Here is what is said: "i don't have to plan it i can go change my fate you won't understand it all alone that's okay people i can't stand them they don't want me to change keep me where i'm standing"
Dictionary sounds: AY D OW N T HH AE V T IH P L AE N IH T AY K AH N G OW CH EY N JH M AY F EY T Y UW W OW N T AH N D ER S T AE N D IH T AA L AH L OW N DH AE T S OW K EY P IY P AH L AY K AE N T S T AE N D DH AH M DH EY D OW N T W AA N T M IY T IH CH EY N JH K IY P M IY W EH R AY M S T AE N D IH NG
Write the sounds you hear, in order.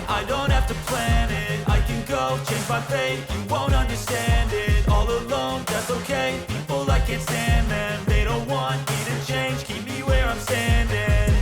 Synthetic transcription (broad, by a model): AY D OW N T HH AE F T IH P L AE N IH T AY K AH N G OW CH EY N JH M AY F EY Y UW W OW N T AH N D ER S T AE N D IH T AA L AH L OW N DH AE T S OW K EY P IY P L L AY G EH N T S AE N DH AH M DH EY D OW N T W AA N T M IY T IH CH EY N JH K IY P M IY W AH R AY M S T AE N D IH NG